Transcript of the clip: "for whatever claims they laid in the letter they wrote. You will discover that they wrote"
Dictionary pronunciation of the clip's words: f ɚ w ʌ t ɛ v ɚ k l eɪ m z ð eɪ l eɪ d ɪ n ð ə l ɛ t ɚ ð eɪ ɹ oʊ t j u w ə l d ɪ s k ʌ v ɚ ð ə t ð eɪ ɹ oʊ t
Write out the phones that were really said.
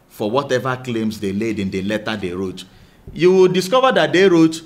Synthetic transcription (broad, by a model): f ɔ w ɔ t ɛ v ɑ k l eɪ m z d eɪ l eɪ d ɪ n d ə l ɛ t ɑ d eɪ ɹ oʊ t j u w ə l d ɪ s k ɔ v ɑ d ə t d eɪ ɹ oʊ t